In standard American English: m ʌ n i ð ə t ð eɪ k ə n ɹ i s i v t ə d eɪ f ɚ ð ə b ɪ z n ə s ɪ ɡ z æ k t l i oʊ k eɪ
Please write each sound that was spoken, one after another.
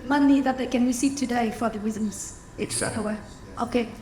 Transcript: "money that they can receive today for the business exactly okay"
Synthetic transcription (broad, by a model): m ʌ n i ð ə t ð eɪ k ə n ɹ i s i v t ə d eɪ f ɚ ð ə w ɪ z ə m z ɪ t w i oʊ k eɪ